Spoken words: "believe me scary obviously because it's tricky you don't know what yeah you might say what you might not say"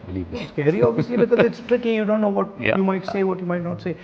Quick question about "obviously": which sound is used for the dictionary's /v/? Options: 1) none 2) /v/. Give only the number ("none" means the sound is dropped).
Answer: 1